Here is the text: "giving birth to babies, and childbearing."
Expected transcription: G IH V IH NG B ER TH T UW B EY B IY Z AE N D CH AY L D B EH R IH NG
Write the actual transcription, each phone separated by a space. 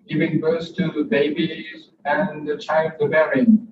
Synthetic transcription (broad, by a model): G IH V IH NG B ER S T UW B EY B IY Z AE N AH CH AY L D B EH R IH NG